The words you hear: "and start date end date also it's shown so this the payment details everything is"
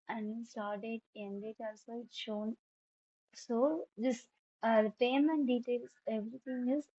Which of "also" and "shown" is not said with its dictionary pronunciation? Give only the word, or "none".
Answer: none